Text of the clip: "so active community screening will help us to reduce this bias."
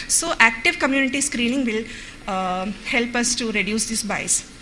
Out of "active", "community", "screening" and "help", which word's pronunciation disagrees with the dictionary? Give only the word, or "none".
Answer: none